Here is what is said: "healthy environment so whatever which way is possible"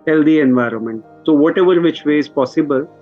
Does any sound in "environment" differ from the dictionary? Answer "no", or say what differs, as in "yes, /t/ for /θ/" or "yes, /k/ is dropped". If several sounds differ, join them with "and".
no